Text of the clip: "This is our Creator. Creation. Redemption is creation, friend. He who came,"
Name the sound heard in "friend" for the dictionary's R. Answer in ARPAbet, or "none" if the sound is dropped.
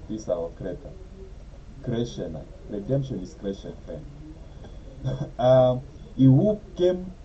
none